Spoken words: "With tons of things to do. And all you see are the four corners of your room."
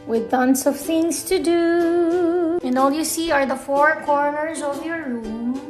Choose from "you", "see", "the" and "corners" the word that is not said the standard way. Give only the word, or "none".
none